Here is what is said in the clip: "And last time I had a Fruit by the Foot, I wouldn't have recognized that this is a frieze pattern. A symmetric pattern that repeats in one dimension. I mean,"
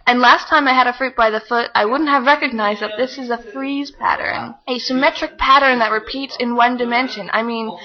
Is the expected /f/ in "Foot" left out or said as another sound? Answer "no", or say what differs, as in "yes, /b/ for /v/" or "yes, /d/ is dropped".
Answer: no